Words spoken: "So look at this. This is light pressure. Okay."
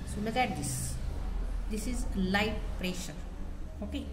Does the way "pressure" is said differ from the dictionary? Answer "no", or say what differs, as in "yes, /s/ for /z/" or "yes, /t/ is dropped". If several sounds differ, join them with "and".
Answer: no